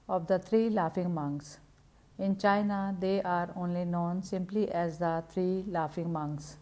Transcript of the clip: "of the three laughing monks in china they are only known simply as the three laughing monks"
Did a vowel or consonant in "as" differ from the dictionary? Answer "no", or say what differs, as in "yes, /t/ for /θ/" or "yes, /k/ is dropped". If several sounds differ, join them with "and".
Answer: no